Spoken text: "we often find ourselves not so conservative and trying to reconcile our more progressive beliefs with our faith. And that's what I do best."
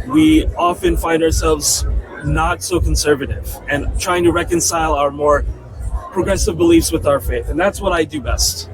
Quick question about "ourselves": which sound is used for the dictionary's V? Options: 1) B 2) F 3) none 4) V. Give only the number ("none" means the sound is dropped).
4